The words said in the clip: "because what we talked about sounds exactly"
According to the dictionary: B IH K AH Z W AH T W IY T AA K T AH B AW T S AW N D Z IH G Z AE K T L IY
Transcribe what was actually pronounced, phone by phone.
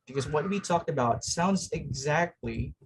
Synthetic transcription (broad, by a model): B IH K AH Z W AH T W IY T AA K T AH B AW T S AW N D Z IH G Z AE K T L IY